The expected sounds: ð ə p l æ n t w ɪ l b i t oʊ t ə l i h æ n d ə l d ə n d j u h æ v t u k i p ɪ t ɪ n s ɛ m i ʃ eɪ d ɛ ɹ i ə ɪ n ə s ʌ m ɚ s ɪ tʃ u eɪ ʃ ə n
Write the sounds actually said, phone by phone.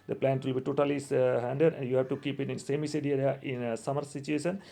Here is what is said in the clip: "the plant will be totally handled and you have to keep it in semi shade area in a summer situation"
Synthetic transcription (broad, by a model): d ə p l æ n t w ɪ l b i t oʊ t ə l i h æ n d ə d ə n d j u h æ v t u k i p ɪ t ɪ n s ɛ m i s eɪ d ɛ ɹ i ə ɪ n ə s ʌ m ɚ s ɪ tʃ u eɪ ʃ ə n